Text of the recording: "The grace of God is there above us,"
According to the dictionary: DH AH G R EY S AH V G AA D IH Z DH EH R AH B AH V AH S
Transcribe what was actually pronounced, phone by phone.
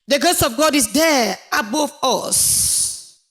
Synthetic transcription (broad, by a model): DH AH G EY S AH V G AA D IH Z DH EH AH B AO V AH S